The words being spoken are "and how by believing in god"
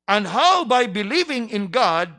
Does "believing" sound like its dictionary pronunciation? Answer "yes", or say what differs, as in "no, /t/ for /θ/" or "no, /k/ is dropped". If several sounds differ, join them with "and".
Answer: yes